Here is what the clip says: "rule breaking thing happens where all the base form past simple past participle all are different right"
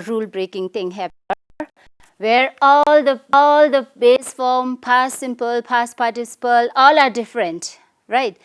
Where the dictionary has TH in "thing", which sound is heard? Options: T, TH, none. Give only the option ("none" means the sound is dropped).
T